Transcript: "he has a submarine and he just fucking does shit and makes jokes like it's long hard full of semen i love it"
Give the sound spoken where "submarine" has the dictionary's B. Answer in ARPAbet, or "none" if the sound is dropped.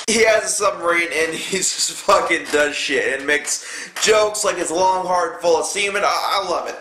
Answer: none